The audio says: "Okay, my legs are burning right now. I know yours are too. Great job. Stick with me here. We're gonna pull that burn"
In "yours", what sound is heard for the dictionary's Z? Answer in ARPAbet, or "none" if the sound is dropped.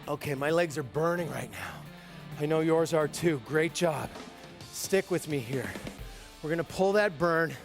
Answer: Z